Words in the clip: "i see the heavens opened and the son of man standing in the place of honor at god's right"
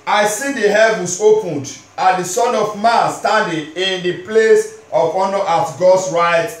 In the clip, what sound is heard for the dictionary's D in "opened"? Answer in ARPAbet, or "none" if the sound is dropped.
D